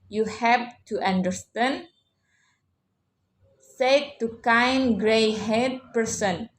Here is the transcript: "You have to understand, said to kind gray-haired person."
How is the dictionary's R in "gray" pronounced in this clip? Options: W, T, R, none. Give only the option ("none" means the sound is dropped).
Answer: R